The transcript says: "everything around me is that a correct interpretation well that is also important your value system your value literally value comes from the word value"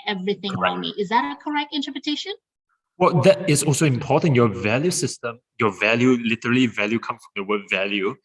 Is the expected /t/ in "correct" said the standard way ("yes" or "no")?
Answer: yes